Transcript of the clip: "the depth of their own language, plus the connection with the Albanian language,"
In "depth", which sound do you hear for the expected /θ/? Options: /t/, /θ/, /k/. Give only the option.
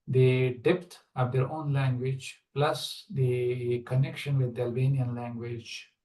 /t/